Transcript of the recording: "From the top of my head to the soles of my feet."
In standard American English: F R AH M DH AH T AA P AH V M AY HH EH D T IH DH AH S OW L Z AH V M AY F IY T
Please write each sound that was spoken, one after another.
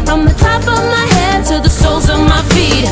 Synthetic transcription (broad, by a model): F R AH M DH AH T AA P AH V M AY HH EH D T IH DH AH S OW L Z AH V M AY F IY T